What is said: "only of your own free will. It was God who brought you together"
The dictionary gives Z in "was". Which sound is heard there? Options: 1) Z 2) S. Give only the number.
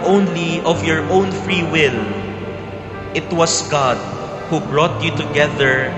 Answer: 2